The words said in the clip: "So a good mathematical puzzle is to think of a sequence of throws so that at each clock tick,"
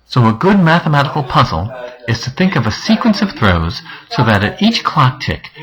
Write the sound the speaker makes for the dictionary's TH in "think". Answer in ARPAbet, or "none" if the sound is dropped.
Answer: TH